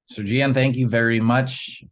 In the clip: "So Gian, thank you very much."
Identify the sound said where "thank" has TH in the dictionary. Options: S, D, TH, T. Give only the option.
TH